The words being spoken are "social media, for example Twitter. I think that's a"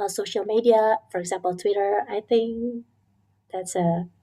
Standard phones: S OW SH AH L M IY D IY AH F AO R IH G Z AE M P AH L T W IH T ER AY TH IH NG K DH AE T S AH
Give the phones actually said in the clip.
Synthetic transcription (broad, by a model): S OW SH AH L M IY D IY AH F AO R IH G Z AE M P AH L T W IH T ER AY TH IH NG K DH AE T S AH